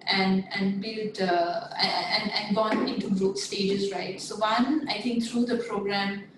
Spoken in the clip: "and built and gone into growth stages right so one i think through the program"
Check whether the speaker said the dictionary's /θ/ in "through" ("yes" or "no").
no